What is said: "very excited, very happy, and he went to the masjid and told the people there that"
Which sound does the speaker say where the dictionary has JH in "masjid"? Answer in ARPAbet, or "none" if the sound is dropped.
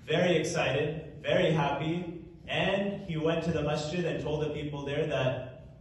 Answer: CH